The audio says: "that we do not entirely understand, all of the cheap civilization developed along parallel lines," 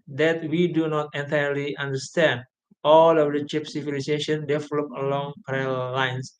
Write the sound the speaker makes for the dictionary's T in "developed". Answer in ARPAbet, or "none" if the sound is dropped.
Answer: none